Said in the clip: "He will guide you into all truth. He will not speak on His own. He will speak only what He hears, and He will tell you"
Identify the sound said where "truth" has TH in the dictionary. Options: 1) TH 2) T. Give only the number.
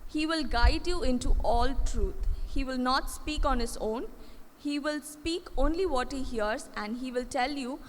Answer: 2